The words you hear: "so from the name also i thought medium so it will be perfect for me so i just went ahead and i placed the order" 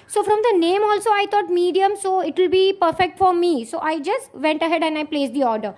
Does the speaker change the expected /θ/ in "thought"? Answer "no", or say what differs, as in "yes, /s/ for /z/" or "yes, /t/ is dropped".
yes, /t/ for /θ/